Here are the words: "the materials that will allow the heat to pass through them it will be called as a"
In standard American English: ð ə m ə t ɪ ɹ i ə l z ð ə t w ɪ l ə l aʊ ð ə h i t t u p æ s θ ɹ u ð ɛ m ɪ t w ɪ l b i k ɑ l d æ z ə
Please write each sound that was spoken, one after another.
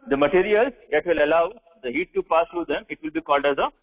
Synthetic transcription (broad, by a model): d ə m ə t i ɹ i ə l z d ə t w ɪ l ə l aʊ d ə h i t t u p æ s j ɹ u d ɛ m ɪ t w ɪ l b i k ɑ l d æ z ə